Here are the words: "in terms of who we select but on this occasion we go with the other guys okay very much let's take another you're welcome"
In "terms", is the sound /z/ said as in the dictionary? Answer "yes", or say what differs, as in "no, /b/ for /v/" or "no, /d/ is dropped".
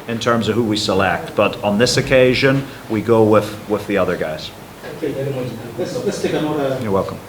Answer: yes